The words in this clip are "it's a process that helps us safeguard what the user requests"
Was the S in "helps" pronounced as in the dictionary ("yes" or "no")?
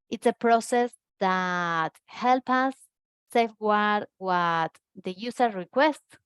no